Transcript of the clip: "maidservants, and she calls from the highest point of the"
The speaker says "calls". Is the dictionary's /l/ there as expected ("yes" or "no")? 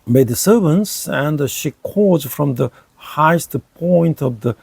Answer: no